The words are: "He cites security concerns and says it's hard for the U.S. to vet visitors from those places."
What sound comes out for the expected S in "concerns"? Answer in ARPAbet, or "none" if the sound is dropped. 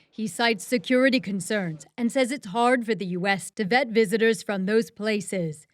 S